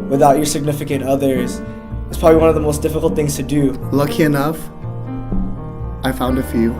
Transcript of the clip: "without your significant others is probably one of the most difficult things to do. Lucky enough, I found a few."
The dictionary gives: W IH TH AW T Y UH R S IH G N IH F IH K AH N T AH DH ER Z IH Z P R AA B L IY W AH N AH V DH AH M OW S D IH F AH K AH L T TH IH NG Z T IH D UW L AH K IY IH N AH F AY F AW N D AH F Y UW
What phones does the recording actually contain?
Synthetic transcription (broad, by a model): W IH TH AW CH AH R S IH G N IH F IH K AH N T AH DH ER Z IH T P R AA B L IY W AH N AH V DH AH M OW S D IH F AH K L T TH IH NG Z T IH D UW L AH K IY IH N AH F AY F AW N D AH F Y UW